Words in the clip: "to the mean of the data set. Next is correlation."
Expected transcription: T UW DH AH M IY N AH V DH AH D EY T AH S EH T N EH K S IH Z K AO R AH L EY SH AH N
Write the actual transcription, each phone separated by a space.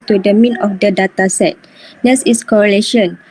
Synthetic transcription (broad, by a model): T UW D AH M IY N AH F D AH D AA T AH S EH T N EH S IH S K AO R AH L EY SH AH N